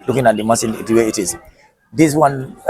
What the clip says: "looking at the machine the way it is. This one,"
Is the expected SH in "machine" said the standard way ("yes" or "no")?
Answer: no